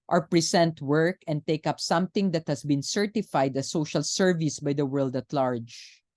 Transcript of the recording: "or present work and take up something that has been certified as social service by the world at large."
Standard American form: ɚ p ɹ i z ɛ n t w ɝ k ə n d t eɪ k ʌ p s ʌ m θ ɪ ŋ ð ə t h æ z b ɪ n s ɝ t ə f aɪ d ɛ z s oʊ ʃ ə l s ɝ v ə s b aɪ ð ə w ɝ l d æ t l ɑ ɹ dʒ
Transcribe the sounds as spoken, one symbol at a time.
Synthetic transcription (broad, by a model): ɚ p ɹ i s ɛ n t w ɝ k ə n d t eɪ k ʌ p s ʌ m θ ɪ ŋ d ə t h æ s b ɪ n s ɝ t ə f aɪ d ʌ s oʊ ʃ ə l s ɝ v ə s b aɪ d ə w ɝ l d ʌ t l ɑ ɹ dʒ